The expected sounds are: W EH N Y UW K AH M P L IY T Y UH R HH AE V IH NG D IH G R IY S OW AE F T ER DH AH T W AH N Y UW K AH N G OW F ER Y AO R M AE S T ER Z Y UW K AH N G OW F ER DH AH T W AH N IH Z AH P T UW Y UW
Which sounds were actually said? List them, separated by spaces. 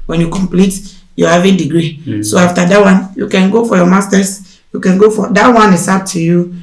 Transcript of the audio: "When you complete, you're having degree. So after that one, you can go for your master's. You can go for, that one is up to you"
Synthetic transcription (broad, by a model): W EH N Y UW K AH M P L IY T Y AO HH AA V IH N D IH G R IY S OW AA F T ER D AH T W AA N Y UW K AH N G OW F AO Y AO M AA S T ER S Y UW K AH N G OW F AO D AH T W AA N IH S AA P T UW Y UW